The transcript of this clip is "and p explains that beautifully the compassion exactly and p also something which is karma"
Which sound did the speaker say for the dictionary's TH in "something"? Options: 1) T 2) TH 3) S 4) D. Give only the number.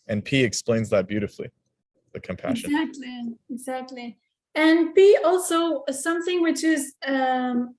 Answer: 2